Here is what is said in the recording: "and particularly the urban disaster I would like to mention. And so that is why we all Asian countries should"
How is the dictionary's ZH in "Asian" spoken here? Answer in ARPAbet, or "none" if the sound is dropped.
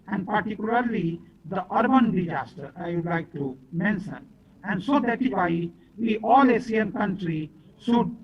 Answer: S